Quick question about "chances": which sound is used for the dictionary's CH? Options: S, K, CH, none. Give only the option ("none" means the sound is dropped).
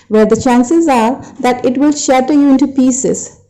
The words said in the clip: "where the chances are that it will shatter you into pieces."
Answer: CH